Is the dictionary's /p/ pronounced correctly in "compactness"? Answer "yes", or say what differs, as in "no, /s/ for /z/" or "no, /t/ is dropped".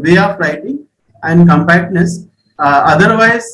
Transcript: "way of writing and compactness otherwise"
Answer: yes